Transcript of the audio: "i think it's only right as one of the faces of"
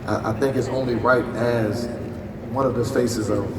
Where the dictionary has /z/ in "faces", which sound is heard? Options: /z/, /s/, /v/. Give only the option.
/z/